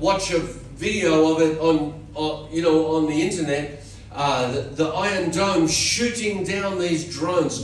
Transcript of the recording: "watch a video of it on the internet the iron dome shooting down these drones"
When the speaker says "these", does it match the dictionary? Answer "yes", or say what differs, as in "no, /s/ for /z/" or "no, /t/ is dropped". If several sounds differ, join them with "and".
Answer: yes